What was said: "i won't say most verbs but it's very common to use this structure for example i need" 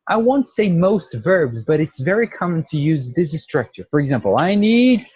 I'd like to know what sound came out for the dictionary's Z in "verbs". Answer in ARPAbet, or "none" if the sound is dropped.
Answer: Z